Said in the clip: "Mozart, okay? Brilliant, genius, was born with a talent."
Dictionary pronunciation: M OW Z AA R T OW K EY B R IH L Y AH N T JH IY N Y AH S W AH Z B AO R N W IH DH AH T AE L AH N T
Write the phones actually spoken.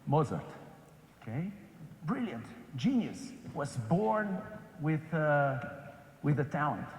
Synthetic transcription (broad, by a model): M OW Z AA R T OW K EY B R IH L Y AH N T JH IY N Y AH S W AH Z B AO R N W IH DH AH T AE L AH N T